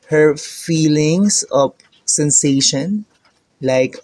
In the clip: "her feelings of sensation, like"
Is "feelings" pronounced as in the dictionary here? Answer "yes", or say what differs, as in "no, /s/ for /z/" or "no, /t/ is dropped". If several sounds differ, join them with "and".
no, /s/ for /z/